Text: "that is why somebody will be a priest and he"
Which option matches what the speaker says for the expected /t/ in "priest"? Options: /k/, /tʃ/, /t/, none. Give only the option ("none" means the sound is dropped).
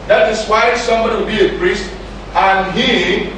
/t/